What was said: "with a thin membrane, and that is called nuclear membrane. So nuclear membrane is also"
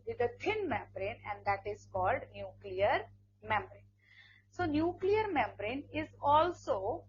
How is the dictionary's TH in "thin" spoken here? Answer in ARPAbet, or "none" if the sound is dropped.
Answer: T